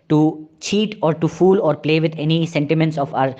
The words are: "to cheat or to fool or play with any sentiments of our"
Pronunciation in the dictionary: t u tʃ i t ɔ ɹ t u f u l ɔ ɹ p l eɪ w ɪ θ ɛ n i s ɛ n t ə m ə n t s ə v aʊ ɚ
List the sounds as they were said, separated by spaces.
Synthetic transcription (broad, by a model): t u tʃ i t ɔ ɹ t u f u l ɔ ɹ p l eɪ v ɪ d ɛ n i s ɛ n t ə m ə n t s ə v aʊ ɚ